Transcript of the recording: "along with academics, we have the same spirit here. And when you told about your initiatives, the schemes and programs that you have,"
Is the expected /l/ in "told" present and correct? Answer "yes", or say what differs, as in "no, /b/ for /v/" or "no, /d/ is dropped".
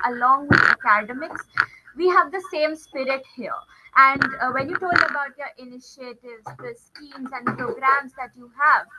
yes